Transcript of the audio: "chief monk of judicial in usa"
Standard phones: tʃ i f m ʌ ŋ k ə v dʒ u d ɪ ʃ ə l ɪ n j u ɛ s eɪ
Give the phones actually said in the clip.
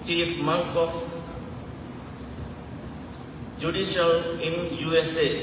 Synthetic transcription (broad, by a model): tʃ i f m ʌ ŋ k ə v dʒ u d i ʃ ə n ɪ n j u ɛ s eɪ